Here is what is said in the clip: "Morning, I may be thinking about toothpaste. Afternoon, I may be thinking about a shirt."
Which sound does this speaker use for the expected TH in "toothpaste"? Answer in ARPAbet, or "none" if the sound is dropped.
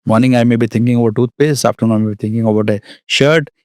T